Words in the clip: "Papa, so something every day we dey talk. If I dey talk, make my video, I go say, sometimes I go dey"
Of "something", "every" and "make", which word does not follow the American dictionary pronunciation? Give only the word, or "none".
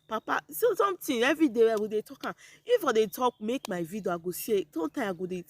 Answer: something